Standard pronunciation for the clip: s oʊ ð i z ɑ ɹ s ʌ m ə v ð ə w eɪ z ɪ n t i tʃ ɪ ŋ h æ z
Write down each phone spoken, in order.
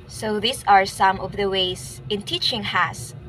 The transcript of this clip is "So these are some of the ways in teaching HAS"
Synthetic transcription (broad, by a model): s oʊ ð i s ɑ ɹ s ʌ m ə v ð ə w eɪ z ɪ n t i tʃ ɪ ŋ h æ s